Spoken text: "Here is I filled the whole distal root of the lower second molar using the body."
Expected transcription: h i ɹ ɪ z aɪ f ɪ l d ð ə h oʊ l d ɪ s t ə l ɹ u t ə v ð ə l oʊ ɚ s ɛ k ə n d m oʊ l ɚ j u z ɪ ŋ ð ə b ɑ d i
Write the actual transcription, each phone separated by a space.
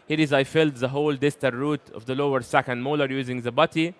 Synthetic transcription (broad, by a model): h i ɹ ɪ z aɪ f ɪ l d ð ə h oʊ l d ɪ s t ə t ɹ u t ə v ð ə l oʊ ɚ s ɛ k ə n d m oʊ l ɚ j u z ɪ ŋ ð ə b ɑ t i